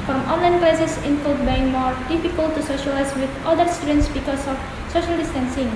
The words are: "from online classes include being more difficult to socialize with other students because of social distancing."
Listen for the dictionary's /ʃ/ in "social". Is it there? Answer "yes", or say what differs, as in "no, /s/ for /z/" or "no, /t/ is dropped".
yes